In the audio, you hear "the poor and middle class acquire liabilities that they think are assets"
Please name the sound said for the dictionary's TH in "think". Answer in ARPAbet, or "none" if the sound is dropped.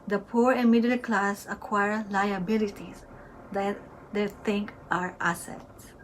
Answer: T